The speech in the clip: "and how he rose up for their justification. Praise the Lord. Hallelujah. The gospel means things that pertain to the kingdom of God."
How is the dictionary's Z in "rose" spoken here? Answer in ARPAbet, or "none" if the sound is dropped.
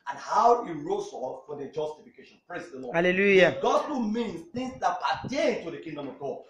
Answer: S